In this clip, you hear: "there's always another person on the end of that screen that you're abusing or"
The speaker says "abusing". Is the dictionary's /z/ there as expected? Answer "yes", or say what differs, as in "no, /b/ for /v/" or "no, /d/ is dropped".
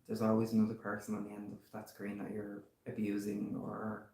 yes